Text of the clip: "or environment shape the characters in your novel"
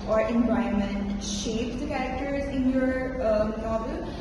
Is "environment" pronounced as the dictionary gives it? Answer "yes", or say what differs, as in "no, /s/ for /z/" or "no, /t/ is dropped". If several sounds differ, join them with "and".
no, /ɹ/ is dropped